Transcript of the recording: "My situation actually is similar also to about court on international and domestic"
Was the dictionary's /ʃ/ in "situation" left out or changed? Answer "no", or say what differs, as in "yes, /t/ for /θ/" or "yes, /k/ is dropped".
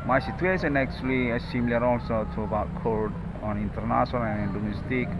yes, /s/ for /ʃ/